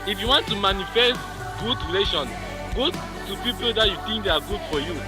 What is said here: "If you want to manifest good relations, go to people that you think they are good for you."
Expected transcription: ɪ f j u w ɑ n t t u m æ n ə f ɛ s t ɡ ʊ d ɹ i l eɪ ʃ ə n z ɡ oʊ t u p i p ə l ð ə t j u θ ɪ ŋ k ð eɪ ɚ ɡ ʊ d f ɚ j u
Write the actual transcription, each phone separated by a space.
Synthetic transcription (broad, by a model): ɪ f j u w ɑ n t t u m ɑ n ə f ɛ s t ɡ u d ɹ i l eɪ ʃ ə n ɡ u t u p i p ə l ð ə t j u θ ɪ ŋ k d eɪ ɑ ɡ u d f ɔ j u